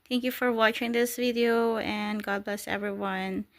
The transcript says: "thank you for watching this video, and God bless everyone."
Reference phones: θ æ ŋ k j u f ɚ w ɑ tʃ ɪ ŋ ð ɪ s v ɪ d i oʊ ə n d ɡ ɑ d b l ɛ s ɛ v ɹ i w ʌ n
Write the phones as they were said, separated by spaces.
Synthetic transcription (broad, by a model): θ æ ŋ k j u f ɚ w ɑ tʃ ɪ ŋ ð ɪ s v ɪ d i oʊ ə n ɡ ɑ d b l ɛ s ɛ v ɹ i w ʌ n